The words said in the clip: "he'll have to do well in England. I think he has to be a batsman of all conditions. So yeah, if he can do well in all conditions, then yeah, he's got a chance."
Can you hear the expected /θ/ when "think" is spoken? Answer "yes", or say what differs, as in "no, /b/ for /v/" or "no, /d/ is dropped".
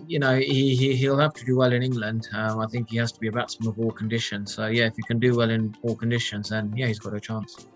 yes